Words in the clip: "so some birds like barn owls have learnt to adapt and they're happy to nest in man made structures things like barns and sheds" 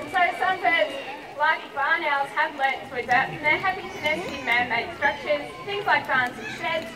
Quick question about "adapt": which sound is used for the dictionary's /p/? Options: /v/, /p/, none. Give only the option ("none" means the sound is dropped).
none